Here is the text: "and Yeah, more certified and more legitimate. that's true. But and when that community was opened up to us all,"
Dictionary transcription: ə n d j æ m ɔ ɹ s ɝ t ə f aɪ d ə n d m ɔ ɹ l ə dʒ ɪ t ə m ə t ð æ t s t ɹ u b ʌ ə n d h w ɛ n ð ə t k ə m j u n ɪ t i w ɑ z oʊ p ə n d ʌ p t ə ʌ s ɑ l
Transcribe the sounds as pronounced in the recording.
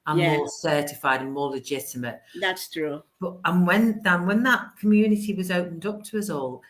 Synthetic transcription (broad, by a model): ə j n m ɔ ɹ s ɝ t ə f aɪ d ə n m ɔ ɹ l ə dʒ ɪ t ə m ə t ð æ t s t ɹ u b ʌ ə n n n w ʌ n ð ə t k ə m j u n ɪ t i w ɑ z oʊ p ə n d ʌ p t ə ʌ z ɑ l